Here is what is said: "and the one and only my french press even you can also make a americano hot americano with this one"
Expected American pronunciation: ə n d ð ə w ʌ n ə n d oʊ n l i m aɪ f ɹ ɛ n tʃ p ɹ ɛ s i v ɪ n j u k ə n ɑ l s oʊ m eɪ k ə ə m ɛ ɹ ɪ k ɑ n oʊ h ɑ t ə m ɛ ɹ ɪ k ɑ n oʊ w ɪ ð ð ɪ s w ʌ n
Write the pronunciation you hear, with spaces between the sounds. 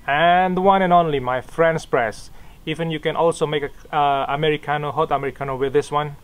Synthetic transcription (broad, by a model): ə n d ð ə w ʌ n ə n oʊ n l i m aɪ f ɹ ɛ n s p ɹ ɛ s i v ɪ n j u k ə n ɑ l s oʊ m eɪ k ə ə m ɛ ɹ ɪ k ɑ n oʊ h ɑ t ə m ɛ ɹ ɪ k ɑ n oʊ w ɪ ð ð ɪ s w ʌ n